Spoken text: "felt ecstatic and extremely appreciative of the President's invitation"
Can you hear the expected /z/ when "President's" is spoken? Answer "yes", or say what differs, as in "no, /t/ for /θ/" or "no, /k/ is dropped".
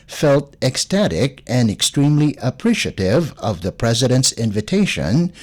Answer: yes